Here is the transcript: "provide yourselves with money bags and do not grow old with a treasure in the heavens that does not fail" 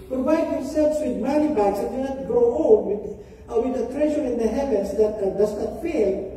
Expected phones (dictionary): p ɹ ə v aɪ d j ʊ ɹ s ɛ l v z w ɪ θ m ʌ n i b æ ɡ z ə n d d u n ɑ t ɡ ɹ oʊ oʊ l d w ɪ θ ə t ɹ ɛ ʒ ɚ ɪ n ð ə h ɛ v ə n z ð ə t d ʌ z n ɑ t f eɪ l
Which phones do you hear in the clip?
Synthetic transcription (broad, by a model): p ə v aɪ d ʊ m s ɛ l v s w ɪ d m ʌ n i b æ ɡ s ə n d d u n ɑ t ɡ ɹ oʊ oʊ w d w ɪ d ə t ɹ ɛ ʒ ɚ ɪ n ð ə h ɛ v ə n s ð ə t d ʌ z n ɑ t f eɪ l